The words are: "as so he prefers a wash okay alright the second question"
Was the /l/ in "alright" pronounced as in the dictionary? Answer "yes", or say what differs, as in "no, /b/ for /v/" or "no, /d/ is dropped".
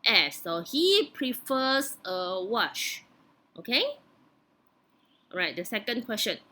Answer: no, /l/ is dropped